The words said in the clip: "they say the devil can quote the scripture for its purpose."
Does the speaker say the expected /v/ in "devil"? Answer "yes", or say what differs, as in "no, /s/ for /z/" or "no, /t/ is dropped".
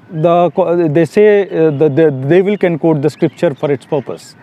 yes